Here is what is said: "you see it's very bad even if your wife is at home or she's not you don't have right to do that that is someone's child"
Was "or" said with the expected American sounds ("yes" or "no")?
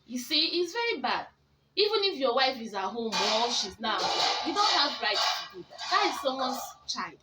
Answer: no